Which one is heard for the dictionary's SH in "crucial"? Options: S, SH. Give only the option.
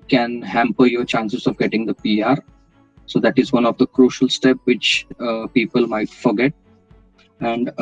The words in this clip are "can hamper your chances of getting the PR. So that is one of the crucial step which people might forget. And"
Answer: SH